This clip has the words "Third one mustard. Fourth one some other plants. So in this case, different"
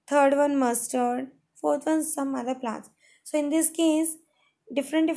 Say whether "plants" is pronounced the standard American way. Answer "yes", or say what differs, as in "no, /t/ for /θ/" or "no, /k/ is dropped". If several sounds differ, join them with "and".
no, /n/ is dropped